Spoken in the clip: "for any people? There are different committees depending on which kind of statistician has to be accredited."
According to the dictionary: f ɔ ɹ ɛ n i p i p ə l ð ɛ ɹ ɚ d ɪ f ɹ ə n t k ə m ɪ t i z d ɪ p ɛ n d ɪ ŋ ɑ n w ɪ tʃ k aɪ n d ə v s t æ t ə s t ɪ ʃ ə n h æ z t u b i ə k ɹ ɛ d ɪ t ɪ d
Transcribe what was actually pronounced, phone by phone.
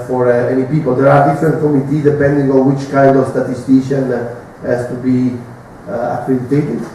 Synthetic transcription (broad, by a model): f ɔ ɹ ɛ n i p i p ə l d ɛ ɹ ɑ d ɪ f ɹ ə n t k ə m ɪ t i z d ɪ p ɛ n d ɪ ŋ ɑ n w ɪ tʃ k aɪ n d ə v s t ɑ t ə s t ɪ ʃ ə n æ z t u b i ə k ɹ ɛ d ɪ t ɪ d